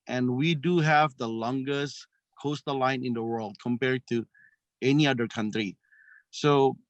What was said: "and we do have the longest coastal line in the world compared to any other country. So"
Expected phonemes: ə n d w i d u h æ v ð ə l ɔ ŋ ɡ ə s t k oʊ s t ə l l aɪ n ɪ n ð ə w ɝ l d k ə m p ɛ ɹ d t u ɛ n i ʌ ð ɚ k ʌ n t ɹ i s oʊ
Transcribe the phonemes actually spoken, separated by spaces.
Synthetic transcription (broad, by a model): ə n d w i d u h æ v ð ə l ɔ ŋ ɡ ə s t k oʊ s t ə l l aɪ n ɪ n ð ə w ɝ l d k ə m p ɛ ɹ d t u ɛ n i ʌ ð ɚ k ʌ n t ɹ i s oʊ